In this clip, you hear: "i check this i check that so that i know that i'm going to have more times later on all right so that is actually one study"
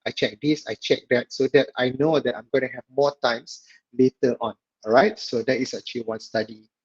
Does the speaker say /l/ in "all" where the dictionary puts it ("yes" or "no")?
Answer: no